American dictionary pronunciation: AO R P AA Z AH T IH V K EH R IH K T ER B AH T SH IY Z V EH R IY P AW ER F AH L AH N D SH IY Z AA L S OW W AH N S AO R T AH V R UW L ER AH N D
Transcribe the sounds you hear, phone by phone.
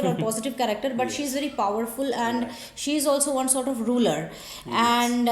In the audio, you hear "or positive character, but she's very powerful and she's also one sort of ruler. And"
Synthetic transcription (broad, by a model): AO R P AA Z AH T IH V K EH R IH K T ER B AH T SH IY Z V EH R IY P AW ER F AH L AH N D SH IY Z AA L S OW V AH N S AO R T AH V R UW L ER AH N D